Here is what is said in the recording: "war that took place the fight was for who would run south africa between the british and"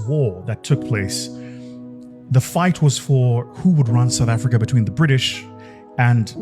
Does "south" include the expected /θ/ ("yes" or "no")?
yes